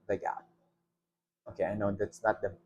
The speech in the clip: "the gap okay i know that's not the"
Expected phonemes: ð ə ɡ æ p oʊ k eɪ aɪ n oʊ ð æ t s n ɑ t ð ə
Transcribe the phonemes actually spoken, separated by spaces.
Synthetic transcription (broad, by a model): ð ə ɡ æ oʊ k eɪ aɪ n oʊ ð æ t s n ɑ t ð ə